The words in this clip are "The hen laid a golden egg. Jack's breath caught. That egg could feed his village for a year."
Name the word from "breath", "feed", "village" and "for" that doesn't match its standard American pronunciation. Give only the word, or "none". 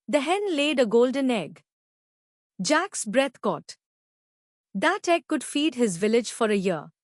breath